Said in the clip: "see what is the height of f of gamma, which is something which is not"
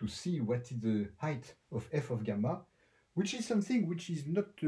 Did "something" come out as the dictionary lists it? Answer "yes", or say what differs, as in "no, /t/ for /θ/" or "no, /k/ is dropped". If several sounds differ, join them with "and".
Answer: yes